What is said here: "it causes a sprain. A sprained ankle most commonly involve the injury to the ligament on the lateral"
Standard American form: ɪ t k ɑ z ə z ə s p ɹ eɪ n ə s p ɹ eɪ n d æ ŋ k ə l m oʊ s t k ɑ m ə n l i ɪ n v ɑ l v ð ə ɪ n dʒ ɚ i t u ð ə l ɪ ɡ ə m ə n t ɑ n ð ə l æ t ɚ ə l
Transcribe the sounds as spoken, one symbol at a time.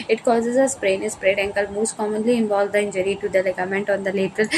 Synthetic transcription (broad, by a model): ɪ t k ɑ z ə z ə s ɹ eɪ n ə s p ɹ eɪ d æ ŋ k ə l m oʊ s t k ɑ m ə n l i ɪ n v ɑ l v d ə ɪ n dʒ ɚ i t u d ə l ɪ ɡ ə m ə n t ɑ n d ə l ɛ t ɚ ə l